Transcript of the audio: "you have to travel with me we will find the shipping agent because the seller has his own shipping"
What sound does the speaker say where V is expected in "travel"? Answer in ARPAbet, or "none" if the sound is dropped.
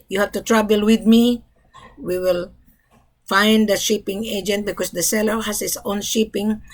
B